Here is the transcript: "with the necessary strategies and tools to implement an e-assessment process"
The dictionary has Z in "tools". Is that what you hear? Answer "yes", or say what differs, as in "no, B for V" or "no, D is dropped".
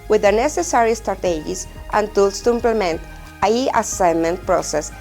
no, S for Z